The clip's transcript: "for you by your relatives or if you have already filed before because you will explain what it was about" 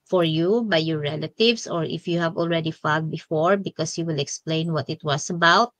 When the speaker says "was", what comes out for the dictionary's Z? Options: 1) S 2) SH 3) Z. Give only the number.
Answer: 1